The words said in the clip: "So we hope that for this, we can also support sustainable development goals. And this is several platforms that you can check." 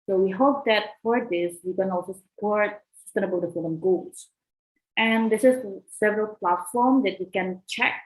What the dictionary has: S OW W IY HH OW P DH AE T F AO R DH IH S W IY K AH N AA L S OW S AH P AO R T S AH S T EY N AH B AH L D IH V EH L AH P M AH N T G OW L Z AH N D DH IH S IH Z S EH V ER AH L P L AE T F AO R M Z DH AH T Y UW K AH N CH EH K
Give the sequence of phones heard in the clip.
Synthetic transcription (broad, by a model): S OW W IY HH OW P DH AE T F AO R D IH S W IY K AH N AA L S OW S AH P AO R T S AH S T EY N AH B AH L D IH F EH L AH M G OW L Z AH N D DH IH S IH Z S EH V ER AH L P L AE T F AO R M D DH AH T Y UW K AH N CH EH K